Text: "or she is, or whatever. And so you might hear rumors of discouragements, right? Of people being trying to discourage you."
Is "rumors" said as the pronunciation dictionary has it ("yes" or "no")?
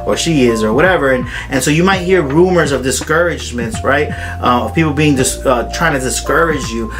yes